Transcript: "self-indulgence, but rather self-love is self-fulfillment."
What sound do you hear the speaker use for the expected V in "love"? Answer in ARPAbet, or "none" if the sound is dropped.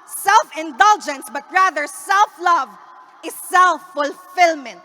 V